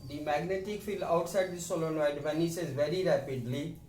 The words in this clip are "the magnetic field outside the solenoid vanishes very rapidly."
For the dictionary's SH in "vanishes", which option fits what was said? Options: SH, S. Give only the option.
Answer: S